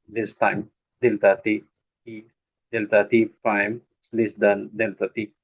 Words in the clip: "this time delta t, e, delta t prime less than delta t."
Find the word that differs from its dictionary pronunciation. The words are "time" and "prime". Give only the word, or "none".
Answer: prime